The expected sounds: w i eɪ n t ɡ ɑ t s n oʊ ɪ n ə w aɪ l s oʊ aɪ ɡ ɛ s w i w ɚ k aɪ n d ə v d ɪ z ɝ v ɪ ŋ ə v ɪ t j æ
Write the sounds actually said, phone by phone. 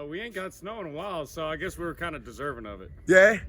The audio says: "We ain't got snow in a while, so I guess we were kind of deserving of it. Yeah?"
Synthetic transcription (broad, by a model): w i eɪ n ɡ ɑ t s n oʊ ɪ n ə w aɪ l s oʊ aɪ ɡ ɛ s w i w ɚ k aɪ n d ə d ɪ z ɝ v ɪ ŋ ə v ɪ t j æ